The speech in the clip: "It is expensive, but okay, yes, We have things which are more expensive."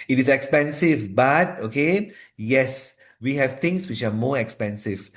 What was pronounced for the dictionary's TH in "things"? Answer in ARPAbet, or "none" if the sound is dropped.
T